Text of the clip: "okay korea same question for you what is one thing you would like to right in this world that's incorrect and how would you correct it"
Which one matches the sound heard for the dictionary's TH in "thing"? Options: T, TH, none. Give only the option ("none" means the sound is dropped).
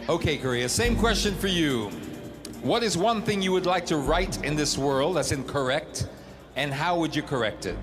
TH